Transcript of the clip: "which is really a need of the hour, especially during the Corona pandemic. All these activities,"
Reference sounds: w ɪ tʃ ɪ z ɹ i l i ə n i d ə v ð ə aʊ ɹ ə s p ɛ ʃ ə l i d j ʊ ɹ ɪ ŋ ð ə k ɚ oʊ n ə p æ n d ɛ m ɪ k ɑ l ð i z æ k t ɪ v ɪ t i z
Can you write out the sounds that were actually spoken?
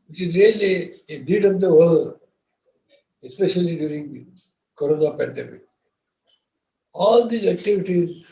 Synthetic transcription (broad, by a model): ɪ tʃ ɪ z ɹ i l i ə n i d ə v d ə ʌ l ə s p ɛ ʃ ə l i d j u ɹ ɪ ŋ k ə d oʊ n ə p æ n d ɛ m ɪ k ɑ l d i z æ k t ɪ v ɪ t i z